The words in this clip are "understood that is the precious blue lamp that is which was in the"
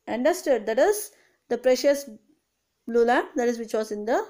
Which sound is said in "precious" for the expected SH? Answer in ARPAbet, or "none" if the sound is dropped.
SH